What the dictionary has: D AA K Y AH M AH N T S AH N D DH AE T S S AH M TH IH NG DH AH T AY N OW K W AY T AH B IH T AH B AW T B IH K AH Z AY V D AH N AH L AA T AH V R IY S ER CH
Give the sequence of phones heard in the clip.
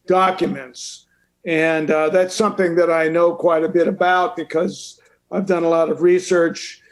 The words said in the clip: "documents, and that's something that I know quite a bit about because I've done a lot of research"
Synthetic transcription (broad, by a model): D AA K Y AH M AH N T S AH N DH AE T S S AH M TH IH NG DH AH T AY N OW K W AY T AH B IH T AH B AW T B IH K AH Z AY V D AH N AH L AA T AH V R IY S ER CH